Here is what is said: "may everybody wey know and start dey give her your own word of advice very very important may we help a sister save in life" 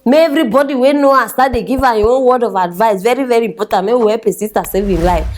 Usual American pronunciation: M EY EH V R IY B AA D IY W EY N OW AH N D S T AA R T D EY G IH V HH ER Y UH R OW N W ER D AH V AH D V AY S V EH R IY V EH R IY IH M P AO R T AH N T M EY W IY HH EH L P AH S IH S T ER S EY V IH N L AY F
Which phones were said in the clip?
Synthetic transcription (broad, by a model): M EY EH V R IY B AA D IY W EY N OW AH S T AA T D EY G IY V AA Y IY W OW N W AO D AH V AH D V AY S V EH R IY V EH R IY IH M P AO T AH N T M EY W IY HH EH P AH S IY S T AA S EY V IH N L AY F